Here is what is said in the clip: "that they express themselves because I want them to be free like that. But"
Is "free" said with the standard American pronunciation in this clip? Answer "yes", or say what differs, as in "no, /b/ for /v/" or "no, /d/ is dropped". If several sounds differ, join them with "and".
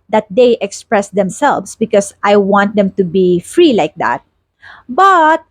yes